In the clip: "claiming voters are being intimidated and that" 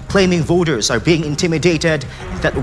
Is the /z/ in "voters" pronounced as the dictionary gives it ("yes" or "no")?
yes